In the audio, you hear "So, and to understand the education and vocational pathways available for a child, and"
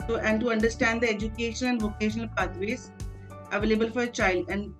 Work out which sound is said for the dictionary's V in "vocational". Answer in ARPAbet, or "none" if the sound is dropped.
V